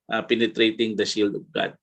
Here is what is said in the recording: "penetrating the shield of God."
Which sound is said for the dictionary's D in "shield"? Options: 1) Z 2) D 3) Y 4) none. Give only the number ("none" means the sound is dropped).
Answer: 2